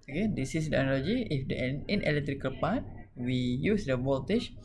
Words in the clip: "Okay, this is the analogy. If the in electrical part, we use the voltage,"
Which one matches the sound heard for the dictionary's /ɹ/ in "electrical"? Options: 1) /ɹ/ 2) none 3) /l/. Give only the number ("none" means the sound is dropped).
1